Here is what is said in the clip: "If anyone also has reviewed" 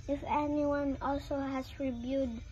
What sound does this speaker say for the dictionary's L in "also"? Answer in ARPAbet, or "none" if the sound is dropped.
L